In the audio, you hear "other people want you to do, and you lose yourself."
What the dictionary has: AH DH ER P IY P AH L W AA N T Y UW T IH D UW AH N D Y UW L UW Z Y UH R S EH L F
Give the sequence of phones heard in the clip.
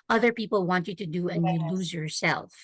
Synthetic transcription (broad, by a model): AH DH ER P IY P L W AA N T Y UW T IH D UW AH N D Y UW L UW Z Y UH R S EH L F